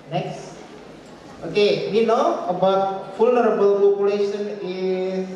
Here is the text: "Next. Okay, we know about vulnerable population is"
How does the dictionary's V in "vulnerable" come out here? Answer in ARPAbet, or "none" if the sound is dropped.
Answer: F